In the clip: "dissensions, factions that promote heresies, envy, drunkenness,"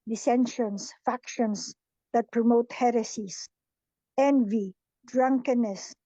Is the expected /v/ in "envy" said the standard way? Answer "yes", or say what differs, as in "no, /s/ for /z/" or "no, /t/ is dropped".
yes